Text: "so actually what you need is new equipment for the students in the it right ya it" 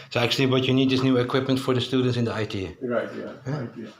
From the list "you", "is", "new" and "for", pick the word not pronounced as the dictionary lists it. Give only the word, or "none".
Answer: is